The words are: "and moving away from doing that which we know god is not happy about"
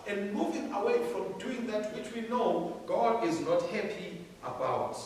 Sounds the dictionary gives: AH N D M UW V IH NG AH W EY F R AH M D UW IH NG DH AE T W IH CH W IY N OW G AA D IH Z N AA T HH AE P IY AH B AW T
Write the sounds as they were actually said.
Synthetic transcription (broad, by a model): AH N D M UW V IH NG AH W EY F R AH M D UW IH NG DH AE T W IH CH W IY N OW G AA D IH Z N AA T HH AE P IY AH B AW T